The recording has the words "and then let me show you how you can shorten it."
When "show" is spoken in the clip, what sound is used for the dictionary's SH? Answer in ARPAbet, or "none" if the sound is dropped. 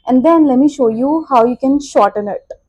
SH